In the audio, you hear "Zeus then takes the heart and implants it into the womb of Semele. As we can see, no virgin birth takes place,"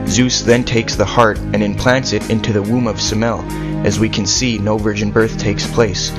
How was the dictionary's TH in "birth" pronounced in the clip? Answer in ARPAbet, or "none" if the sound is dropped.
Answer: TH